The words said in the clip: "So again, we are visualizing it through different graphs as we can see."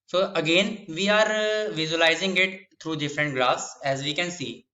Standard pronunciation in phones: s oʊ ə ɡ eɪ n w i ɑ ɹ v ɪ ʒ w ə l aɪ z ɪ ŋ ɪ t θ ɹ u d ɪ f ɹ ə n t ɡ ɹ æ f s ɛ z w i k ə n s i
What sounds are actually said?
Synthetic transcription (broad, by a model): s oʊ ə ɡ eɪ n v i ɑ ɹ v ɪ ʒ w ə l aɪ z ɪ ŋ ɪ t t ɹ u d ɪ f ɹ ə n t ɡ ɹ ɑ s ɛ z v i k ə n s i